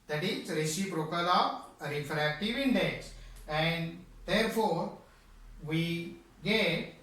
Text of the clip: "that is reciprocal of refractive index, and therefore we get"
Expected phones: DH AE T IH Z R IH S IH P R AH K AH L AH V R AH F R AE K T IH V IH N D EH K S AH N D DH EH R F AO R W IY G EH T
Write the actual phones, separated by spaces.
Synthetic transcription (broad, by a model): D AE T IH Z R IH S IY B R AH K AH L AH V R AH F R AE K T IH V IH N D EH K S AH N D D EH R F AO R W IY G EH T